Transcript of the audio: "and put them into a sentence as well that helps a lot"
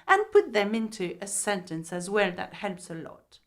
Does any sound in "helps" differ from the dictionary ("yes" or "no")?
no